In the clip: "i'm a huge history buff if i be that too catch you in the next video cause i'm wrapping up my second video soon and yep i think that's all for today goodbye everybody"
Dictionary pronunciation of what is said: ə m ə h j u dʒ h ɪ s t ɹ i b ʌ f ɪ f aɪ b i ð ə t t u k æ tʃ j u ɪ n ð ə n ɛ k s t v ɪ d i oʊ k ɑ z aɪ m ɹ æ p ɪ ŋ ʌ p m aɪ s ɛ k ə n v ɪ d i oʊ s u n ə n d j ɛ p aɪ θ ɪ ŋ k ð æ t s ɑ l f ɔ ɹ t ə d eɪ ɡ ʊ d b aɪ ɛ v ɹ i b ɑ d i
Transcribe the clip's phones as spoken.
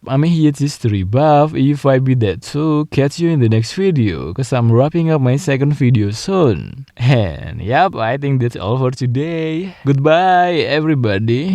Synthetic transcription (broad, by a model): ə m ə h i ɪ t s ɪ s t ɹ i b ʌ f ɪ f aɪ b i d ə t s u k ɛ s j u ɪ n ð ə n ɛ k s t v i d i oʊ k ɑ s aɪ m ɹ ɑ p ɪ ŋ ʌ p m aɪ s ɛ k ə n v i d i oʊ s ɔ n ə n j ɛ p aɪ t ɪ ŋ k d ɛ t s ɑ l f ɔ ɹ t ə d eɪ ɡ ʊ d b aɪ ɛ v ɹ i b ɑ d i